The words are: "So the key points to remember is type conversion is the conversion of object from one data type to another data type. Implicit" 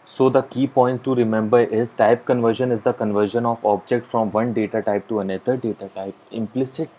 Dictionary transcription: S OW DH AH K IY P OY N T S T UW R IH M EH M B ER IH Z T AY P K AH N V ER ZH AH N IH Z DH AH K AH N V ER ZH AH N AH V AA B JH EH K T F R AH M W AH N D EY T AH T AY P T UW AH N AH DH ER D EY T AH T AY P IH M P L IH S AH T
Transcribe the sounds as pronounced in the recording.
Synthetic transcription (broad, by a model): S OW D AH K IY P OY N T T UW R IH M EH M B ER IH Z T AY P K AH N V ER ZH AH N IH Z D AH K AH N V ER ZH AH N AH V AA B JH EH K T F R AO M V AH N D EY T AH T AY P T UW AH N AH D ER D EY T AH T AY P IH M P L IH S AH T